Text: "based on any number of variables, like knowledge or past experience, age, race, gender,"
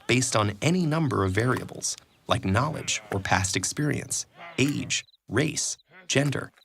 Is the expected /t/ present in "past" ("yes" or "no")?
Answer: yes